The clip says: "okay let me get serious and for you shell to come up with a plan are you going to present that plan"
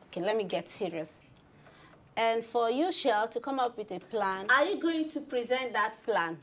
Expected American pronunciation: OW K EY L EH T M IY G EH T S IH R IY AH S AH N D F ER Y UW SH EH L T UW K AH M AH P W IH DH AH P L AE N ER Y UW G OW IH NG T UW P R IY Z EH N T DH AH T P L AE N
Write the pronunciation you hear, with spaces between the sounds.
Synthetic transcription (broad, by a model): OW K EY L EH T M IY G EH T S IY R IY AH S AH N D F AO Y UW SH EH L T UW K AH M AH P W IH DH AH P L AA N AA Y UW G OW IH NG T UW P R IY Z EH N T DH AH T P L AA N